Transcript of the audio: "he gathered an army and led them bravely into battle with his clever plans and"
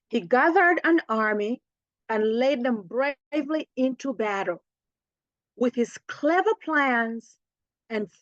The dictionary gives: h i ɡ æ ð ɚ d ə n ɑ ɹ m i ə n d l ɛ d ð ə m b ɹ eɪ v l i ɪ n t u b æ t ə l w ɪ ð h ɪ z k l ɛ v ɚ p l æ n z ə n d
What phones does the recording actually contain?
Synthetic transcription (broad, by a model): h i ɡ æ ð ɚ d ə n ɑ ɹ m i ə n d l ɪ d ð ə m b ɹ eɪ v l i ɪ n t u b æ t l w ɪ ð h ɪ z k l ɛ v ɚ p l æ n z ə n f